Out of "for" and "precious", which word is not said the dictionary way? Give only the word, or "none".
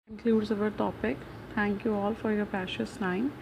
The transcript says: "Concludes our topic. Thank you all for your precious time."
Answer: precious